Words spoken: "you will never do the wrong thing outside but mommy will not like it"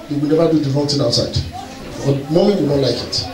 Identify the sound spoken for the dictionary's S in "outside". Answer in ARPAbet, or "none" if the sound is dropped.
S